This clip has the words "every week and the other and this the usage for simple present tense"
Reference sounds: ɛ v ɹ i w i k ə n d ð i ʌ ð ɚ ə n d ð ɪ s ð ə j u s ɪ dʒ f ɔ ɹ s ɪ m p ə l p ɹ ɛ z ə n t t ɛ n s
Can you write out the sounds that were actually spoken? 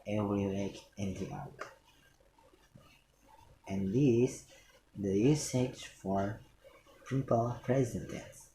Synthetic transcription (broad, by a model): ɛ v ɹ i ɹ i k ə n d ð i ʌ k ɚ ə n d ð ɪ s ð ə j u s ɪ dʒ f ɔ ɹ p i p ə l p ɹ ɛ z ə n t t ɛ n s